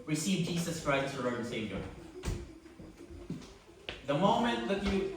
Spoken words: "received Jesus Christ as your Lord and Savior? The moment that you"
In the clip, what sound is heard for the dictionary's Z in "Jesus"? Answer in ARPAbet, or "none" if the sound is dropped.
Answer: S